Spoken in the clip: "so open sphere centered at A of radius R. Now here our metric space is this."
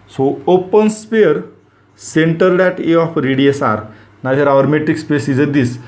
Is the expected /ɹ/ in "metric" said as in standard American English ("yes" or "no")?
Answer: no